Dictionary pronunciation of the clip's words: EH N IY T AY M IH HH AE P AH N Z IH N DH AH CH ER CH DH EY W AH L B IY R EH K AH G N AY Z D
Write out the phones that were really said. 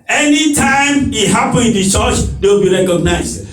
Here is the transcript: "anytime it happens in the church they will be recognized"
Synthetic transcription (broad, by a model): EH N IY T AY M IH HH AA P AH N IH N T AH CH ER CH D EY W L B IY R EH K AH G N AY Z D